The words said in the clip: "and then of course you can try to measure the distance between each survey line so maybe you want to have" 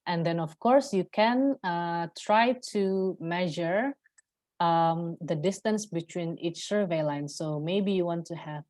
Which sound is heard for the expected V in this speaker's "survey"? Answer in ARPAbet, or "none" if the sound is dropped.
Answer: V